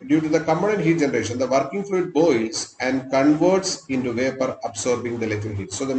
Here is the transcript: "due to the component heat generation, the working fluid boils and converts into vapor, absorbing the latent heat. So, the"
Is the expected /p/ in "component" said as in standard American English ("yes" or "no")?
no